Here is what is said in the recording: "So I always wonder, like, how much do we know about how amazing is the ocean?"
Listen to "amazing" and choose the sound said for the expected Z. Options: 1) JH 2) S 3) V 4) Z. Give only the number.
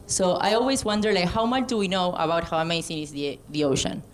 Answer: 2